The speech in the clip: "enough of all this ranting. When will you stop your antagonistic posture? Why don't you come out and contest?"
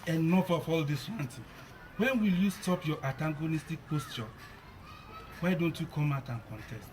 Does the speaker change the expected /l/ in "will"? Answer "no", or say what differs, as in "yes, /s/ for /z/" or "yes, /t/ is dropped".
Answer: no